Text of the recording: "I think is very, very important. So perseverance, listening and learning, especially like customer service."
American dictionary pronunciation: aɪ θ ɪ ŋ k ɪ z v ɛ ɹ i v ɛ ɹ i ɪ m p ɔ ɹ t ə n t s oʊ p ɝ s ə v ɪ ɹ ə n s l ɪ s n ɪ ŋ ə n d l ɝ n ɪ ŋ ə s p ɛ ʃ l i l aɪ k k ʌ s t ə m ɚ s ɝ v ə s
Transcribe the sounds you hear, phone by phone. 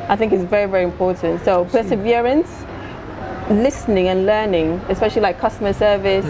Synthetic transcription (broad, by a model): aɪ θ ɪ ŋ k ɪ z v ɛ ɹ i v ɛ ɹ i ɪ m p ɔ ɹ t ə n t s oʊ p ɝ s ə v ɪ ɹ ə n s l ɪ s n ɪ ŋ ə n l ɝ n ɪ ŋ ə s p ɛ ʃ l i l aɪ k k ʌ s t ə m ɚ s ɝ v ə s